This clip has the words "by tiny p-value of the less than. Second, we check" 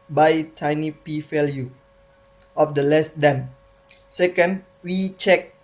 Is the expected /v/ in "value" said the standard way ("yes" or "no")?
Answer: no